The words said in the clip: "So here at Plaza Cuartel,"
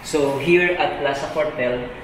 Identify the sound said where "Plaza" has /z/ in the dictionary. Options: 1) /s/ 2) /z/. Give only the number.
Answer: 1